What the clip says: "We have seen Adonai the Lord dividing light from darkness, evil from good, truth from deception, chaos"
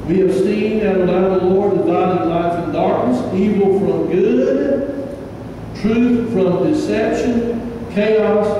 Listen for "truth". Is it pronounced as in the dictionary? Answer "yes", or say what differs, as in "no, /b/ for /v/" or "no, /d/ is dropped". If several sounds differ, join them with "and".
yes